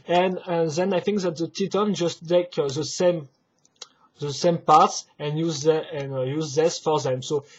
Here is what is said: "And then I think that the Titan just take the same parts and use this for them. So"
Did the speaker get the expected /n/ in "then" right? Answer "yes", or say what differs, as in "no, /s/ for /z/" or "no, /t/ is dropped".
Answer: yes